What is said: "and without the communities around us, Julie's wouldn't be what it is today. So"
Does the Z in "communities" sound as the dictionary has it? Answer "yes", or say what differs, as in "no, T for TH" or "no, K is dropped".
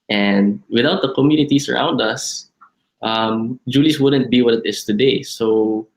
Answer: no, S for Z